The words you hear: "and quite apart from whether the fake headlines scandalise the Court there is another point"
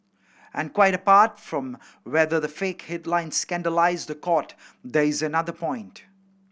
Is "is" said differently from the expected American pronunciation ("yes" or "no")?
no